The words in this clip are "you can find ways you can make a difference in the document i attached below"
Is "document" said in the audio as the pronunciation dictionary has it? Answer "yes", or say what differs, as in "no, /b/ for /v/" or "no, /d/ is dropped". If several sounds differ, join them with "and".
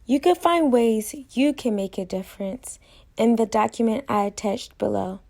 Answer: yes